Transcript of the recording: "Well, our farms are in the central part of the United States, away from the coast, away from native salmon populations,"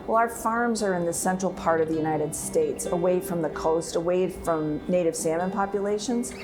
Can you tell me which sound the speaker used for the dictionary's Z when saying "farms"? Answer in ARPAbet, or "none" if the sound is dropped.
Z